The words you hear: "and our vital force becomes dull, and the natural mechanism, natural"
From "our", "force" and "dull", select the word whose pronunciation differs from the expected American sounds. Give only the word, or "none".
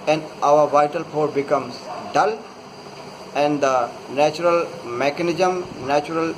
force